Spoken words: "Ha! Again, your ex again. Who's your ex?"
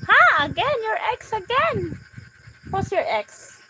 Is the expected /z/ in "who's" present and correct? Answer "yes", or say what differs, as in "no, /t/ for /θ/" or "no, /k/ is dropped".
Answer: no, /s/ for /z/